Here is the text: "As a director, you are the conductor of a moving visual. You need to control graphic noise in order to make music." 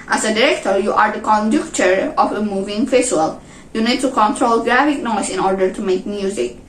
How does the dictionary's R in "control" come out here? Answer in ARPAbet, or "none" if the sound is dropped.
R